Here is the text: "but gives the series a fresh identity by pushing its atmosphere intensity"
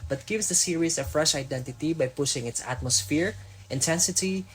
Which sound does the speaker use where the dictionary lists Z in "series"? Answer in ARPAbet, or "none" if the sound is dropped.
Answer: S